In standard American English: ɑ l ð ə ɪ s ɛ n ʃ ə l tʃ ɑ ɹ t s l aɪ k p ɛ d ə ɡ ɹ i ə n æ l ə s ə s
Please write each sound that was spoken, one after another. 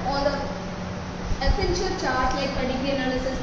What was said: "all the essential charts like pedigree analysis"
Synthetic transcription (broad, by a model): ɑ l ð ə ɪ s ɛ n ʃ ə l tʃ ɑ ɹ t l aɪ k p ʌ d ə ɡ i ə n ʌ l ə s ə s